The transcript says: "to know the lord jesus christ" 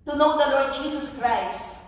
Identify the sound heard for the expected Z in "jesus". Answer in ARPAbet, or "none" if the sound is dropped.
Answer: S